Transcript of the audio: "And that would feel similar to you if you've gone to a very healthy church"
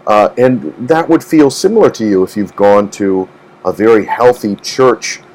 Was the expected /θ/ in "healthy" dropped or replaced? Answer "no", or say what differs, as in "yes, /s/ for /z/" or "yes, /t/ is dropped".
no